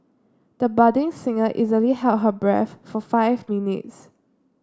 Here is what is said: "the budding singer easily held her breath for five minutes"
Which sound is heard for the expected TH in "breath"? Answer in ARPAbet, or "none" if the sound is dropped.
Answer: F